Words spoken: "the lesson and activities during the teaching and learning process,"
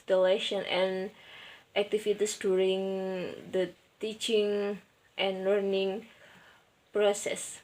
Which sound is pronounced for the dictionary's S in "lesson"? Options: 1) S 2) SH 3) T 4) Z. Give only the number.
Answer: 2